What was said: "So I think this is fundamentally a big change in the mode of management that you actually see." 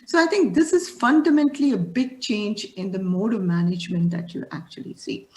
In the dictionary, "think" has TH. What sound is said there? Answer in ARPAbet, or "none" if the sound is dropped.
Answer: T